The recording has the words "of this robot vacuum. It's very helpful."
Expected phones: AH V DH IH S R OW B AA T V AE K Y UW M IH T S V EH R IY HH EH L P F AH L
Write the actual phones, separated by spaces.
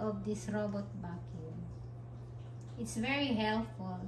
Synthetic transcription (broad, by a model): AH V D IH S R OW B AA T B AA K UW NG IH T S V EH R IY HH EH L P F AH L